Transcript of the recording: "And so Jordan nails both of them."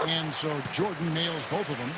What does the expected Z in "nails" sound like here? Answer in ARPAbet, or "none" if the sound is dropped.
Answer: Z